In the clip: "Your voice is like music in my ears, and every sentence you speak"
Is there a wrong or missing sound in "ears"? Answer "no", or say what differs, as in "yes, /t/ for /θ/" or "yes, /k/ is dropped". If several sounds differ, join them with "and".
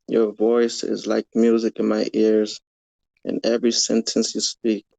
no